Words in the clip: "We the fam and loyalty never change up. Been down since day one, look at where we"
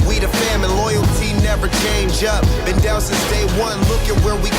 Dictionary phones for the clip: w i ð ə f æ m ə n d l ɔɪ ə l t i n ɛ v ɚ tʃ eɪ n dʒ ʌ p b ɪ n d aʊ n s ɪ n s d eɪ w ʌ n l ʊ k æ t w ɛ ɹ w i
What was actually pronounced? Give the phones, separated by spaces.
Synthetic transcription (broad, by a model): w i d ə f æ m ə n l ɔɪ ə l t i n ɛ v ɚ tʃ eɪ n dʒ ʌ p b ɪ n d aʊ l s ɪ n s d eɪ w ʌ n l ʊ k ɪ t w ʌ ɹ w i